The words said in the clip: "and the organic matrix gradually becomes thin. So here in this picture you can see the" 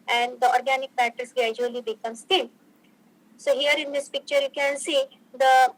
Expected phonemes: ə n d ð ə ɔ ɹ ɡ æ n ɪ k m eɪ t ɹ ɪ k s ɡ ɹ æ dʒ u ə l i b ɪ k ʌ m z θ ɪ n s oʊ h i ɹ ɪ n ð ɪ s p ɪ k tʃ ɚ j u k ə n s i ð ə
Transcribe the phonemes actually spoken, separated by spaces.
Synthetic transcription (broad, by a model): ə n d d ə ɔ ɹ ɡ æ n ɪ k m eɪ t ɪ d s ɡ ɹ æ dʒ u ə l i b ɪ k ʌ m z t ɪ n s oʊ h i ɹ ɪ n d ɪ s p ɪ k tʃ ɚ j u k ə n s i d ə